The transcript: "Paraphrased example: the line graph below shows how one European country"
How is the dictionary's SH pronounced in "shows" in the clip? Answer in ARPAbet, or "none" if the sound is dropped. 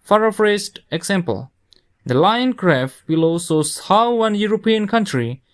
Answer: S